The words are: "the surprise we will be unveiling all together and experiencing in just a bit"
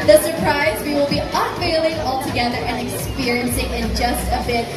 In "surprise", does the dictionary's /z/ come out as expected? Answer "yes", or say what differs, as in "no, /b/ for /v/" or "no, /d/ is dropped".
yes